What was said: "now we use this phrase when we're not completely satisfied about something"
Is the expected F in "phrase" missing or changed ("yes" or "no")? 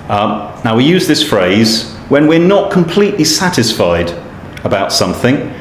no